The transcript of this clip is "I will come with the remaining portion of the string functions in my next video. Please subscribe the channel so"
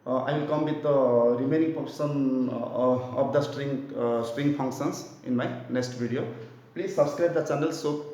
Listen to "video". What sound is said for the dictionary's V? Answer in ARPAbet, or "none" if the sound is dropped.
B